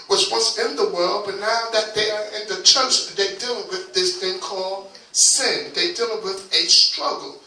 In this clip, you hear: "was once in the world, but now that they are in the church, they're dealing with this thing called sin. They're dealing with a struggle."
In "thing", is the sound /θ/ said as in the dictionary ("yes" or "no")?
yes